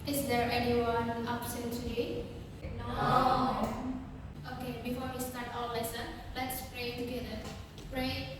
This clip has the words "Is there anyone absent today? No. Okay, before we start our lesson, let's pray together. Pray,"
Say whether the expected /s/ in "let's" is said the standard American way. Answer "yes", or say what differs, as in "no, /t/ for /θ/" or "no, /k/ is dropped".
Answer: yes